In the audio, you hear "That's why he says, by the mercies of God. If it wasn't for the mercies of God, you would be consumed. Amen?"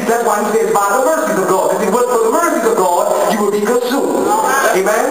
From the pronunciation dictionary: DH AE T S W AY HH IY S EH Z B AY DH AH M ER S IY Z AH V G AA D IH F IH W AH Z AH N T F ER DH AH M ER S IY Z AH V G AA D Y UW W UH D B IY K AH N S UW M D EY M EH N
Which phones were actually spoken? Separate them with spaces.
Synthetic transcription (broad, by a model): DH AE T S W AY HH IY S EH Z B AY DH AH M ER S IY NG AH V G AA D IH IH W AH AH T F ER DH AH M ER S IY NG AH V G AA D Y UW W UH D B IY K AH S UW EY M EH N